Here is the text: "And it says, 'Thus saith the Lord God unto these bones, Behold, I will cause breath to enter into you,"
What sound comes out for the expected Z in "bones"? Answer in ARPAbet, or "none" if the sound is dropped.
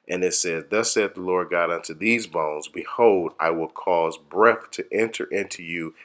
Z